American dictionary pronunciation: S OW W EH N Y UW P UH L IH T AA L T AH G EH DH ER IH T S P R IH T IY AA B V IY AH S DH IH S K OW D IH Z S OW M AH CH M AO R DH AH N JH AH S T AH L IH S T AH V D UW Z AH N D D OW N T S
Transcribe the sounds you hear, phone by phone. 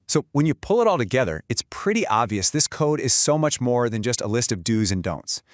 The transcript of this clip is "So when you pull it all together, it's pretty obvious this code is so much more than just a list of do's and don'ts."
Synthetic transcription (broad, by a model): S OW W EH N Y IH P UH L IH T AA L T AH G EH DH ER IH T S P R IH T IY AA B V IY AH S DH IH S K OW D IH Z S OW M AH CH M AO R DH AH N JH AH S T AH L IH S T AH V D UW Z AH N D D OW N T S